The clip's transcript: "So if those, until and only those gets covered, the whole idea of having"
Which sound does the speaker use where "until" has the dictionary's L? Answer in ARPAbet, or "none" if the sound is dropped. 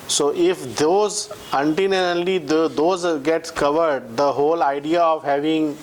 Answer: N